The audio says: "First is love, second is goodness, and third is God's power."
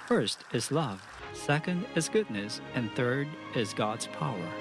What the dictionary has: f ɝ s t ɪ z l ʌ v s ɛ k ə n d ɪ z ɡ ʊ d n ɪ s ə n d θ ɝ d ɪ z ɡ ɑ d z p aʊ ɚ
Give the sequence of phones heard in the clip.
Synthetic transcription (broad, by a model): f ɝ s t ɪ z l ʌ v s ɛ k ə n d ɪ z ɡ ʊ d n ɪ s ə n θ ɝ d ɪ z ɡ ɑ d z p aʊ ɚ